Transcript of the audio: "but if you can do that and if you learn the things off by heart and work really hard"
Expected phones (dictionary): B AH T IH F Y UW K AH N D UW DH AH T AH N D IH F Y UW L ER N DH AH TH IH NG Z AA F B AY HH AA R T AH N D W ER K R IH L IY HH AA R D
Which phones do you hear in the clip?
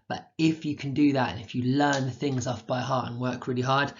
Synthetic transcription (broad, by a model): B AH T IH F Y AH K AH N D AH DH AH T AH N IH F Y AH L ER N DH AH TH IH NG Z AA F B AY HH AA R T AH N W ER K R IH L IY HH AA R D